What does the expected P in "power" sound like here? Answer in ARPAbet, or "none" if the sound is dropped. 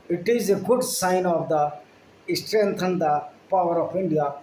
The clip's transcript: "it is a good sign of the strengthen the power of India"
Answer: P